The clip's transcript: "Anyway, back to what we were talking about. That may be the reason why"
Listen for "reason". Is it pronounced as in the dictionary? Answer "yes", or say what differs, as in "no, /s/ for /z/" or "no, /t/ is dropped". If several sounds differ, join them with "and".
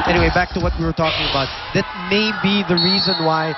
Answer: yes